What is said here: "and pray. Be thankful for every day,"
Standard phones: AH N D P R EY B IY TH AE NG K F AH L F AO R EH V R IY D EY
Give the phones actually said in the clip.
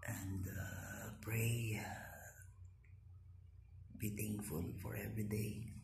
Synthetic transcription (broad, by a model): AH N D P R EY B IY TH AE NG K F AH L F AO R EH V R IY D EY